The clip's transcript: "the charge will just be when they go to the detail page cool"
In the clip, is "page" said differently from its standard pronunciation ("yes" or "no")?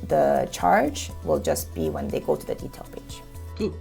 yes